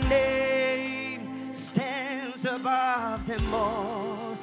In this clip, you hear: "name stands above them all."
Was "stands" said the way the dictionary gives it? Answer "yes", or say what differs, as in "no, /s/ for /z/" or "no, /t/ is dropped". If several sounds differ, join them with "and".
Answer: yes